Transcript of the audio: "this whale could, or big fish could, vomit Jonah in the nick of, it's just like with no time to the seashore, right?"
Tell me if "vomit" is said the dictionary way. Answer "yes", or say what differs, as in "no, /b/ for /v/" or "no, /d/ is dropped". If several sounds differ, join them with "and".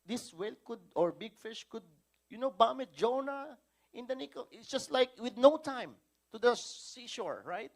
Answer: no, /b/ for /v/